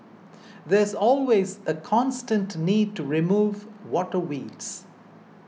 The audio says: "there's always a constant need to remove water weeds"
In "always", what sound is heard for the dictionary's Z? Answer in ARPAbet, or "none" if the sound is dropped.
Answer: Z